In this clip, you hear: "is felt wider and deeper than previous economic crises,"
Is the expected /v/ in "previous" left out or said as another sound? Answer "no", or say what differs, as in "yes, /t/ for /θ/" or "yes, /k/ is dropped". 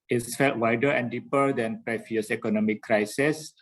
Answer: yes, /f/ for /v/